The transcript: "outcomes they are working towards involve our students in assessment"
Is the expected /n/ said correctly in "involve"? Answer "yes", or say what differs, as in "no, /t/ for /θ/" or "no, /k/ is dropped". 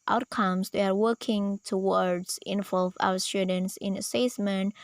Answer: yes